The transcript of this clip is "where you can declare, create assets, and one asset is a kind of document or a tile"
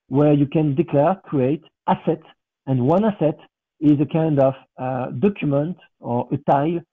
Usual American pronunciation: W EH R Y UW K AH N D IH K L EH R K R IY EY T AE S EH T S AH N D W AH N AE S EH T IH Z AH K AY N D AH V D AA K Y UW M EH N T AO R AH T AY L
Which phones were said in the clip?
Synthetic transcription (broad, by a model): W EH R Y UW K AH N D IH K L EH R K R IY EY T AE S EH T AH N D W AH N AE S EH T IH Z AH K AY N D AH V D AA K Y UW M EH N T AO R AH T AY L